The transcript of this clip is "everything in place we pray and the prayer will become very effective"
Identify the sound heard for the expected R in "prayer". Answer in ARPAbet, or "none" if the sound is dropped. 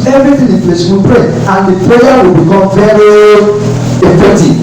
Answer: L